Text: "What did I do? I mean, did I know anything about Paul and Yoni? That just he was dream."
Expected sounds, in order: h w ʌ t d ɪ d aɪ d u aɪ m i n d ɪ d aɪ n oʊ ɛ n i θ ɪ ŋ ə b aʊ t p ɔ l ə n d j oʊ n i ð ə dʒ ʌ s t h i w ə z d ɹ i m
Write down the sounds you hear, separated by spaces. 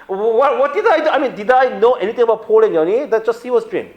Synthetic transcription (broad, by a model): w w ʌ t d ɪ d aɪ d u aɪ m i n d ɪ d aɪ n oʊ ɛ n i t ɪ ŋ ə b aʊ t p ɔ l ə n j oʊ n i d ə dʒ ʌ s t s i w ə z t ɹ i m